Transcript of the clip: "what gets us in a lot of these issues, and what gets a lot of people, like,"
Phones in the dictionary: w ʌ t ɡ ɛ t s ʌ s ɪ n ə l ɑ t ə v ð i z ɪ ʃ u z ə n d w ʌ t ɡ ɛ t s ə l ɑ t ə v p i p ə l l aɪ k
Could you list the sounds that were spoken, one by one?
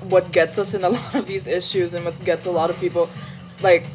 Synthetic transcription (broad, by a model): w ʌ t ɡ ɛ t s ʌ s ɪ n ə l ɑ t ə v ð i z ɪ ʃ u z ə n w ʌ t ɡ ɛ t s ə l ɑ t ə v p i p l l aɪ k